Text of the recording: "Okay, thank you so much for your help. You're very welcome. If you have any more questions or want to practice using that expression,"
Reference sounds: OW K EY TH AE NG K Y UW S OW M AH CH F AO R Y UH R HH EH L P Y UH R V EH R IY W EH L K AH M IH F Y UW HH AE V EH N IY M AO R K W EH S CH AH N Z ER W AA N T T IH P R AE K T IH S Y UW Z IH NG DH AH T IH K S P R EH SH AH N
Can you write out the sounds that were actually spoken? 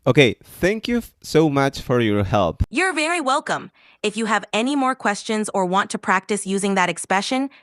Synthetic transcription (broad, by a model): OW K EY TH AE NG K Y UW S OW M AH CH F AO R Y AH R HH EH L P Y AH R V EH R IY W EH L K AH M IH F Y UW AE V EH N IY M AO R K W EH S CH AH N Z ER W AA N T T IH P R AE K T IH S Y UW Z IH NG DH AH T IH K S P R EH SH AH N